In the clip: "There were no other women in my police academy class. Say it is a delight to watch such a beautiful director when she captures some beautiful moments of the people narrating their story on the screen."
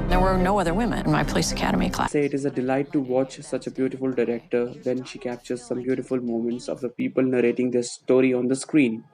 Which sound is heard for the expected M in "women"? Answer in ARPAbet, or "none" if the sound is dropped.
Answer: M